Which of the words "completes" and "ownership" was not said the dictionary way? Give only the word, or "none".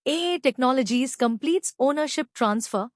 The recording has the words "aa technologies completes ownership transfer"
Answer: none